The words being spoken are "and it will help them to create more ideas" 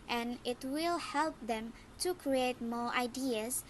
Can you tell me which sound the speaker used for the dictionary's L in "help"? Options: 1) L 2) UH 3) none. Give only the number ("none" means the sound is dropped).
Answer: 1